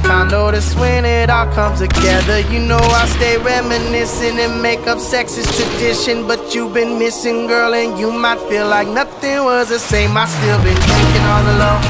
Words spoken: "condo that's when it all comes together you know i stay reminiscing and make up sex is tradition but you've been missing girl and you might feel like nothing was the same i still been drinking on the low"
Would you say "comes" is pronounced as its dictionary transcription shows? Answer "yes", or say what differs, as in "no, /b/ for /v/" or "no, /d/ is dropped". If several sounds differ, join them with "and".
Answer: no, /z/ is dropped